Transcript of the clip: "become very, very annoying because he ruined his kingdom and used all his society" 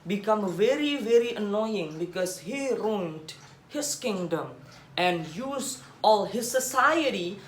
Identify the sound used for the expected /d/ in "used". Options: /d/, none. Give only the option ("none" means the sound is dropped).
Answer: none